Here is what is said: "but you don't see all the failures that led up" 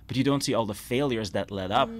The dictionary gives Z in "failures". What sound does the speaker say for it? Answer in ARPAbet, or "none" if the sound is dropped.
Z